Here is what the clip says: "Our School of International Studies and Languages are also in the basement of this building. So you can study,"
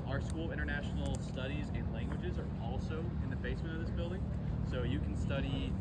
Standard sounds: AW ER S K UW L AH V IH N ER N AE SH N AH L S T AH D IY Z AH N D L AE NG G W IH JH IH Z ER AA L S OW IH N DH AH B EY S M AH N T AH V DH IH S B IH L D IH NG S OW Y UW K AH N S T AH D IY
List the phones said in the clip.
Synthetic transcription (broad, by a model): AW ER S K UW L IH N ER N AE SH N L S T AH D IY Z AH N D L AE NG G W IH JH IH Z ER AA L S OW IH N DH AH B EY S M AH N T AH V DH IH S B IH L D IH NG S OW Y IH K N S T AH D IY